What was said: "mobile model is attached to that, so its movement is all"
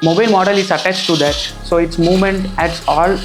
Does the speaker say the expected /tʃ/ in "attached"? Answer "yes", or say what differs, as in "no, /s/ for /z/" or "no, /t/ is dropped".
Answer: yes